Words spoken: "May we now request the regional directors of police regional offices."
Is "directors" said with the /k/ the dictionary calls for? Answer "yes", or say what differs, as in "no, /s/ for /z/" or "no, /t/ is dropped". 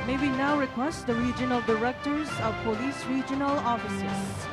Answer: yes